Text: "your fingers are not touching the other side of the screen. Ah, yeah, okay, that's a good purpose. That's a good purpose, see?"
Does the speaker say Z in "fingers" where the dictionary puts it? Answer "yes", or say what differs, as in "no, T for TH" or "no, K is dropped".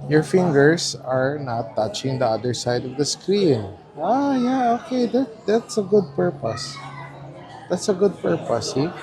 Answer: no, S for Z